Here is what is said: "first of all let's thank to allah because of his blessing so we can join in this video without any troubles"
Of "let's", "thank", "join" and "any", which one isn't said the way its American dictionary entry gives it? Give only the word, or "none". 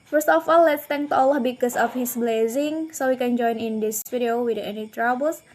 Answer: thank